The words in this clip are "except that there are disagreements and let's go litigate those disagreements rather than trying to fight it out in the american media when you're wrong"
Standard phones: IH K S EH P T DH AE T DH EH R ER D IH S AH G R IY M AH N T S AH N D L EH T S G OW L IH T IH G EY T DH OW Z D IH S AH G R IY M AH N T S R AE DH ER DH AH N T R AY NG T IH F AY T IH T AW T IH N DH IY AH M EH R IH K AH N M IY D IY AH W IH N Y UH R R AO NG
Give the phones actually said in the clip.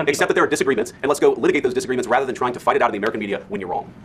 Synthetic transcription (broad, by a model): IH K S EH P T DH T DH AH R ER D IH S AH G R IY M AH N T S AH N L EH T S G OW L IH T IH G EY T DH OW Z D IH S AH G R IY M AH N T S R AE DH ER DH AH N T R AY NG T IH F AY T IH T AW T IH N DH IY AH M EH R IH K AH N M IY D IY AH W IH N Y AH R R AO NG